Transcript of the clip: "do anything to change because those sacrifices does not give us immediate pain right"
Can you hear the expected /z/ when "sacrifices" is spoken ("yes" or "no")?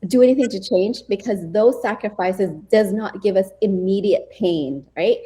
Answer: yes